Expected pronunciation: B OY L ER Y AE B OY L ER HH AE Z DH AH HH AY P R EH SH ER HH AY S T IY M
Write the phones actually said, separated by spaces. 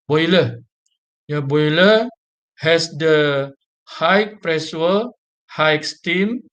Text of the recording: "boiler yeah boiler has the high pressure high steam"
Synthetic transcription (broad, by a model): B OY L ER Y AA B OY L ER HH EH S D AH HH AY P R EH S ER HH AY S T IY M